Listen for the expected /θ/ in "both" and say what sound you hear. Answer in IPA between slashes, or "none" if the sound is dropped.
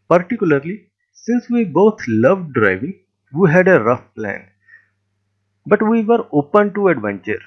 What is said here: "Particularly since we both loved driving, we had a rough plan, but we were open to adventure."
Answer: /t/